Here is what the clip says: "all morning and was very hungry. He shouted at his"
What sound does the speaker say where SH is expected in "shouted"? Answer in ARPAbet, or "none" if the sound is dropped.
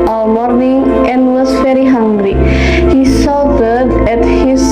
S